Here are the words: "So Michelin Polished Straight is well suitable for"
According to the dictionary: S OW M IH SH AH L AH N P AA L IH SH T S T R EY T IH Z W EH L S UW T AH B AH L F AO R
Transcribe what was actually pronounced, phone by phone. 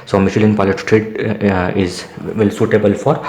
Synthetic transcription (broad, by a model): S OW M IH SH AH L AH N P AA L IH T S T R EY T IH Z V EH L S UW T AH B AH L F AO R